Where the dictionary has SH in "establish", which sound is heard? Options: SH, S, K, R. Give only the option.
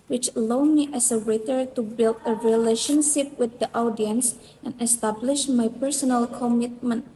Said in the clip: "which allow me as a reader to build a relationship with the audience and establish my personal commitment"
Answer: SH